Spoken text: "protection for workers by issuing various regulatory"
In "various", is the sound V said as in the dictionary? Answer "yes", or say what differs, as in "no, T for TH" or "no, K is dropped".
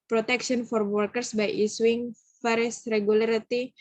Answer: no, F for V